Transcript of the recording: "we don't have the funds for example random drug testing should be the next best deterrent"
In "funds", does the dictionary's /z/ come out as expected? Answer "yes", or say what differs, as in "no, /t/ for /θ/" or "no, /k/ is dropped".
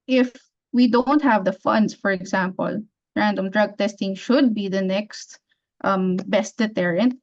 no, /s/ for /z/